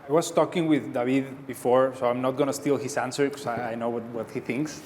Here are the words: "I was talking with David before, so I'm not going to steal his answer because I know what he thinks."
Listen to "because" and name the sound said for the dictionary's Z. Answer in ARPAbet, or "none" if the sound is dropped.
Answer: none